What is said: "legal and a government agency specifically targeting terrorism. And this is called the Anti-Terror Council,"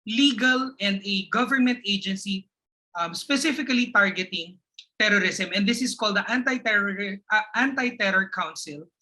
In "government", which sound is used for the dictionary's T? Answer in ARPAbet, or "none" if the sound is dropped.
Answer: T